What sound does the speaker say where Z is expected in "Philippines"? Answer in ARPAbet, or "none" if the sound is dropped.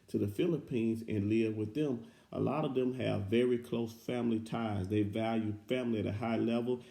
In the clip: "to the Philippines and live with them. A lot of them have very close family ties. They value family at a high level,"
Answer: Z